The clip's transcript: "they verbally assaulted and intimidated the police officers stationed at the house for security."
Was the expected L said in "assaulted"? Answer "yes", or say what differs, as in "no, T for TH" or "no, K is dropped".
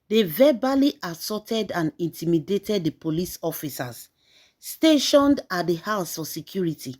no, L is dropped